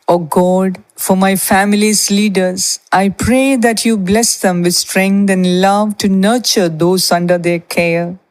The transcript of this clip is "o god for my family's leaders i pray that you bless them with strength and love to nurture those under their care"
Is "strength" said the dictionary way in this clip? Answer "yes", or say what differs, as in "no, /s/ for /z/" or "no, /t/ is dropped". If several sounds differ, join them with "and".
no, /t/ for /θ/